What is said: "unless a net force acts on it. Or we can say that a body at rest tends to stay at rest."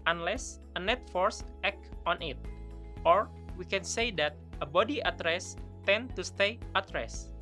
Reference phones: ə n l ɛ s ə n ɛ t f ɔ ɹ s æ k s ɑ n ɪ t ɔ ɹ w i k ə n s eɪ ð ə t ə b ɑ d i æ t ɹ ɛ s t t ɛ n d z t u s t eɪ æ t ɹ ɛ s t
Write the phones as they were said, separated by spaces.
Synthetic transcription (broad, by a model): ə n l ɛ s ə n ɛ t f ɔ ɹ s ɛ k ɑ n ɪ t ɔ ɹ w i k ə n s eɪ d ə t ə b ɑ d i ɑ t ɹ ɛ s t t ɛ n t u s t eɪ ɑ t ɹ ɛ s